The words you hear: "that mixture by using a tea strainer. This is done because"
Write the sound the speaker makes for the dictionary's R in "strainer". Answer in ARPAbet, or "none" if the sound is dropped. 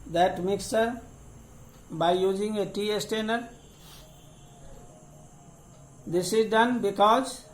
none